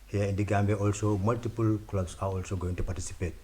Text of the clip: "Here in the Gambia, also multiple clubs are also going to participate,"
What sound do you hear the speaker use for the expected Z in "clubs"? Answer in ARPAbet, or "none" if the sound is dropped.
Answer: S